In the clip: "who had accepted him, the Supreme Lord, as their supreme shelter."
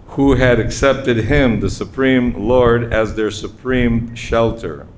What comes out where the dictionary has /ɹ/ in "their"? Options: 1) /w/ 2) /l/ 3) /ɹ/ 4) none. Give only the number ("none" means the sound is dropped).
3